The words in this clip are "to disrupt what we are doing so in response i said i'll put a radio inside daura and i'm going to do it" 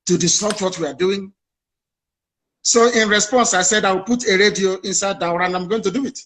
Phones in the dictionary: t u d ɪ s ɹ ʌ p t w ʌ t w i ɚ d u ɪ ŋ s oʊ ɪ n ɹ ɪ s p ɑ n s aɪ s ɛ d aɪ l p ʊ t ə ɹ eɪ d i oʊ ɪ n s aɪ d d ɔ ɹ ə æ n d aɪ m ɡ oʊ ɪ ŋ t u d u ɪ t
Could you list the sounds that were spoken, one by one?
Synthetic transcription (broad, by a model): t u d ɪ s ɔ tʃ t w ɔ t w i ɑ d u ɪ ŋ s oʊ ɪ n ɹ ɪ s p ɑ n s aɪ s ɛ d aɪ w p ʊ t ə ɹ eɪ d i oʊ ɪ n s aɪ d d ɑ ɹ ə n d aɪ m ɡ oʊ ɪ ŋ t u d u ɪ t